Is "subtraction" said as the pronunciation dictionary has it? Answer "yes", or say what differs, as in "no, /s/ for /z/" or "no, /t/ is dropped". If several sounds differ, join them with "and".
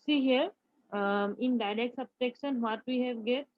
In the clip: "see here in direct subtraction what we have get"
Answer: no, /ɹ/ is dropped